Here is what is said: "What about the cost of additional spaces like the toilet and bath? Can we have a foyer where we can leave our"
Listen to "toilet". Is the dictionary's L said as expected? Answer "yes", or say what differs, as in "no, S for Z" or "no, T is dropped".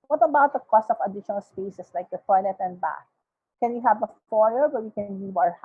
no, N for L